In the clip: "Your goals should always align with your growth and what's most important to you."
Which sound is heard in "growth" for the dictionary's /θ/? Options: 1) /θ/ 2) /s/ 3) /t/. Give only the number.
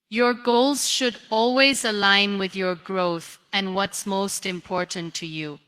1